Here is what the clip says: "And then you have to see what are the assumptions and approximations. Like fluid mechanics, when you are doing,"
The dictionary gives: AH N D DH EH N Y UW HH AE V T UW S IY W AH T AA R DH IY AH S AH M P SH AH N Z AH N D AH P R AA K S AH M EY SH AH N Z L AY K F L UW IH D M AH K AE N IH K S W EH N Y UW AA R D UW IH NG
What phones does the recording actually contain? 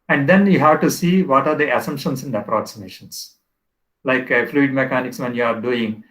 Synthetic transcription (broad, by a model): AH N D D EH N Y UW HH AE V T UW S IY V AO T AA R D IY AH S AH M SH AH N S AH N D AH P R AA K S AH M EY SH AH N S L AY K F L UW IH D M AH K AE N IH K S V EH N Y UW AA R D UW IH NG